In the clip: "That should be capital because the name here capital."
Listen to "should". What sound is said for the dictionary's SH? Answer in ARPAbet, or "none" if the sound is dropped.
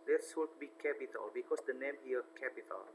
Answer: S